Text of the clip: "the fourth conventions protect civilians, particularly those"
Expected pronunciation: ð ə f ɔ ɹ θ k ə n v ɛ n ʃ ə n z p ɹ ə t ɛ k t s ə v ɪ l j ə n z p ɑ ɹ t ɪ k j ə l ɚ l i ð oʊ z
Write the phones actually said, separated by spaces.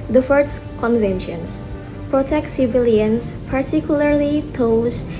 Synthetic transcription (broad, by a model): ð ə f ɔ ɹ s k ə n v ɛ n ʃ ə n s p ɹ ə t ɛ k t s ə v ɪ l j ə n s p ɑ ɹ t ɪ k j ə l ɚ l i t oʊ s